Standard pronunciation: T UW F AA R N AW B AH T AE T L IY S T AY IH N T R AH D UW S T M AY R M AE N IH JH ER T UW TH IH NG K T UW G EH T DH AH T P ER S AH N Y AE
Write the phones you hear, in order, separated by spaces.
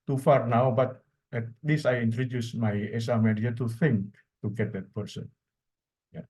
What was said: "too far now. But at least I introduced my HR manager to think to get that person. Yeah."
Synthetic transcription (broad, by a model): T UW F AA R N AW B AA T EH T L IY S AY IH N T R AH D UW S M AY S M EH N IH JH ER T UW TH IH NG K T UW G EH T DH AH T P ER S AH N Y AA